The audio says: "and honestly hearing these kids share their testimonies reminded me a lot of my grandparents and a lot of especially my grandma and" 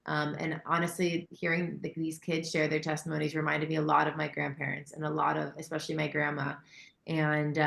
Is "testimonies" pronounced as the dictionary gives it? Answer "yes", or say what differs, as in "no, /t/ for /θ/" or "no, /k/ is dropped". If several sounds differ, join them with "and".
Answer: yes